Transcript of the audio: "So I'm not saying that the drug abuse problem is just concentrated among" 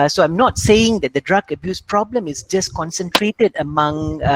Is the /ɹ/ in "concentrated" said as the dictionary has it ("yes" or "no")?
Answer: yes